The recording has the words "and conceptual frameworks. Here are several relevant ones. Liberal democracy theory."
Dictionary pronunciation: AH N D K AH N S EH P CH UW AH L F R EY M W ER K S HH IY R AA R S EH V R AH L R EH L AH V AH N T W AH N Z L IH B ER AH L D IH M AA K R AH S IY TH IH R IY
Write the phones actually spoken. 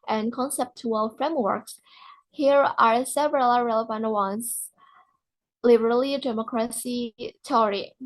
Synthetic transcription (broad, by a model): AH N K AH N S EH P CH UW AH L F R EY M W ER K S HH IY R AA R S EH V R AH L R EH L AH V AH N T W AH N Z L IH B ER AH L D IH M AA K R AH S IY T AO R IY